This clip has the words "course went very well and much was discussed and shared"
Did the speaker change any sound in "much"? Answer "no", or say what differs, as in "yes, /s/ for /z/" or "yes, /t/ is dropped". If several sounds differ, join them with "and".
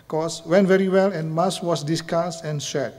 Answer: yes, /s/ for /tʃ/